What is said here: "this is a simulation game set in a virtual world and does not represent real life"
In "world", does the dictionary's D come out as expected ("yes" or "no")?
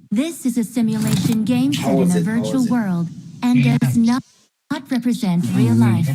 yes